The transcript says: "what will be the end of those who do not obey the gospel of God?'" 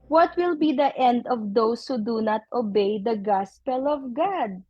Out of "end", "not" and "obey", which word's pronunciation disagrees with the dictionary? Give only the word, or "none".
none